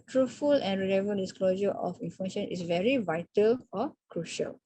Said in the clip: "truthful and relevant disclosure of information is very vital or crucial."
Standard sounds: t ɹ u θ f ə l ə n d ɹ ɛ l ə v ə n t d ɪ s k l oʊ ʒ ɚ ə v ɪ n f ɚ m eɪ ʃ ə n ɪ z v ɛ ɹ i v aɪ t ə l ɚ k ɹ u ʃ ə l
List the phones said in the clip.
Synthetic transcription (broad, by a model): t ɹ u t f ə l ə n ɹ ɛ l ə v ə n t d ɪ s k l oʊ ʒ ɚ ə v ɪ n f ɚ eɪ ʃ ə n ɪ s v ɛ ɹ i v aɪ t ə l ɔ k ɹ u ʃ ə l